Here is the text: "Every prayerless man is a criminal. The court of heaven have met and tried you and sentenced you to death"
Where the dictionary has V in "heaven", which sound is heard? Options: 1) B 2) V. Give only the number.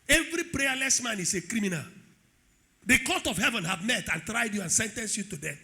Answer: 2